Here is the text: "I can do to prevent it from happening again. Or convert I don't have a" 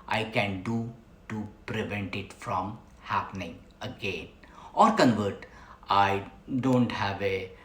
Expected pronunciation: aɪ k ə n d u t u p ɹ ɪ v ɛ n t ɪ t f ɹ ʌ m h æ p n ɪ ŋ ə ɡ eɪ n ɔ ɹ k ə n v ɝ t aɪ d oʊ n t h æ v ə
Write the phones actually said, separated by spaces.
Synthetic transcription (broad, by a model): aɪ k ə n d u t u p ɹ ɪ v ɛ n t ɪ t f ɹ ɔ m h æ p n ɪ ŋ ə ɡ eɪ n ɔ ɹ k ə n v ɝ t aɪ d oʊ n t h æ v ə